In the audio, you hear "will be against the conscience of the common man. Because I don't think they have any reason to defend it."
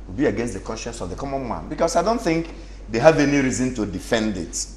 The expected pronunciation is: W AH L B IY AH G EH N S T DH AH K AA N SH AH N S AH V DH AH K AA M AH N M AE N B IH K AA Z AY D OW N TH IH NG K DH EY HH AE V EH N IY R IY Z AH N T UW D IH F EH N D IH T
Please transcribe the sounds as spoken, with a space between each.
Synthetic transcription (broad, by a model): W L B IY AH G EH N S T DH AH K AA N SH AH N S AH V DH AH K AA M AH N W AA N B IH K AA S AY D OW N TH IH NG K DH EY HH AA V EH N IY R IY Z AH N T UW D IH F EH N D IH T